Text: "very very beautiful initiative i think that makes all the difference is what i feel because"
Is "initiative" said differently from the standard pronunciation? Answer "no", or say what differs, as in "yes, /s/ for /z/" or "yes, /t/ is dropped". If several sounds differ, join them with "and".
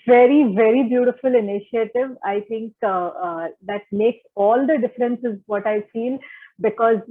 no